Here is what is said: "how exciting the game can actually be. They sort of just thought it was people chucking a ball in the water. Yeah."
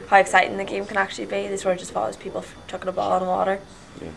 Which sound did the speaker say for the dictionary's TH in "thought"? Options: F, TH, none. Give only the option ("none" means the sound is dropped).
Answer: F